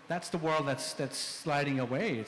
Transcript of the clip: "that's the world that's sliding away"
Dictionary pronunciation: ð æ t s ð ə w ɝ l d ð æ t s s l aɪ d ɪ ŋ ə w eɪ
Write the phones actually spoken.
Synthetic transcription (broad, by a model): ð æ t s ð ə w ɝ l d ð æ t s s l aɪ d ɪ ŋ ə w eɪ